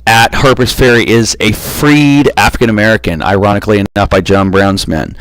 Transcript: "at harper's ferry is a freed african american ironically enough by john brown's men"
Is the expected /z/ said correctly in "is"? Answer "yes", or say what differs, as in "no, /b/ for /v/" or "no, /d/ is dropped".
yes